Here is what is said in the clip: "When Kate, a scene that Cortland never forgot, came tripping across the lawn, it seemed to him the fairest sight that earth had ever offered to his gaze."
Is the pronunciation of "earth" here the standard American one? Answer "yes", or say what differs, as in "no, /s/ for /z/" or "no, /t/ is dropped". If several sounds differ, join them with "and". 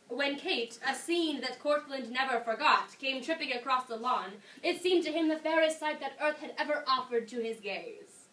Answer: yes